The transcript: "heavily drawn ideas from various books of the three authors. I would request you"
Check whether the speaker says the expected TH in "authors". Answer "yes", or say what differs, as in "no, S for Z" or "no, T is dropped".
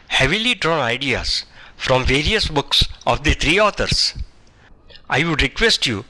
no, T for TH